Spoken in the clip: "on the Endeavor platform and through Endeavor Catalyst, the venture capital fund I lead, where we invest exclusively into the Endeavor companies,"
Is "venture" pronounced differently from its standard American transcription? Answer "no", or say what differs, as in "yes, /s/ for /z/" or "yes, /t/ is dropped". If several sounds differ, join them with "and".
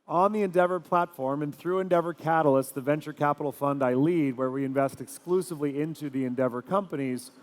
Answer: no